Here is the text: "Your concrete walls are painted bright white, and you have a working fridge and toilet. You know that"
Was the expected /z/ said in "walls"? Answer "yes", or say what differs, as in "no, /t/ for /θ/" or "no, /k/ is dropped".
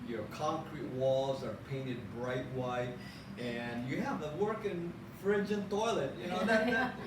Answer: yes